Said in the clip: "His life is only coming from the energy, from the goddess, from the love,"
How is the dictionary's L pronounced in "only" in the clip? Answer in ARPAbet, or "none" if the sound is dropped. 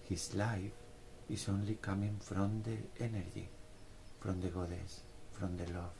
L